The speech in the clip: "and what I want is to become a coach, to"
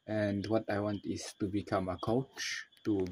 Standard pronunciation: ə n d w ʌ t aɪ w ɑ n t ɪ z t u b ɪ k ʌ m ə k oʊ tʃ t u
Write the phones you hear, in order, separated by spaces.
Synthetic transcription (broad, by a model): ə n d w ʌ t aɪ w ɑ n t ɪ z t u b ɪ k ʌ m ə k oʊ tʃ t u